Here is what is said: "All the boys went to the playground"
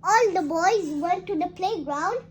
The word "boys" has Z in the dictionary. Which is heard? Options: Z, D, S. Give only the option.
Z